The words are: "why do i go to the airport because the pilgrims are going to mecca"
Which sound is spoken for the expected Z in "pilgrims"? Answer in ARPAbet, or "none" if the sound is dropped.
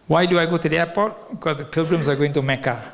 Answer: S